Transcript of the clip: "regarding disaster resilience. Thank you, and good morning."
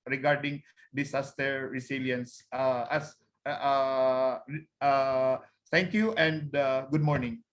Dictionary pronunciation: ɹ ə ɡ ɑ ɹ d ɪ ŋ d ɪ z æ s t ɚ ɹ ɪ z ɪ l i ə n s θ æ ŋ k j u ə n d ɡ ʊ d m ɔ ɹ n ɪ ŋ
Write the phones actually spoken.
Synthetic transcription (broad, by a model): ɹ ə ɡ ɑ ɹ d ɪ ŋ d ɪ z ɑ s t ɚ ɹ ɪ s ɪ l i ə n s t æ ŋ k j u ə n d ɡ ʊ d m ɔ ɹ n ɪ ŋ